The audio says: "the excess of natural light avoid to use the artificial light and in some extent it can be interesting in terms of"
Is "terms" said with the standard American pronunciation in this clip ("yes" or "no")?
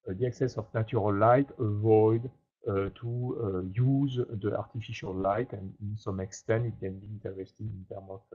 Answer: no